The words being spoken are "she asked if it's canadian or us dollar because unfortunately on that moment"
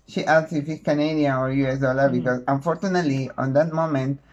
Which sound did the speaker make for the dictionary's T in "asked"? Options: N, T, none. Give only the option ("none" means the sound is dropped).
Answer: none